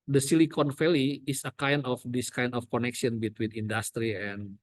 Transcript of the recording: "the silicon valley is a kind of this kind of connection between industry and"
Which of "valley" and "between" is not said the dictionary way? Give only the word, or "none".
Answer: valley